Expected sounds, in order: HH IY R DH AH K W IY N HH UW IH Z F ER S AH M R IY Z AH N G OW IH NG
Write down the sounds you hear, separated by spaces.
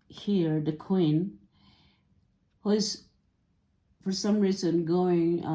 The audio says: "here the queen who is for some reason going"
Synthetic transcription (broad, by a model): HH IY R DH AH K W IY N HH UW IH Z F ER S AH M R IY Z AH N G OW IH NG